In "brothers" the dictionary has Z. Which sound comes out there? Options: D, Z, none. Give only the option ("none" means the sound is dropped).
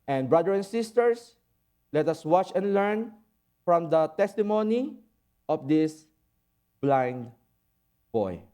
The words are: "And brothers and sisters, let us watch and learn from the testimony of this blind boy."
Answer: none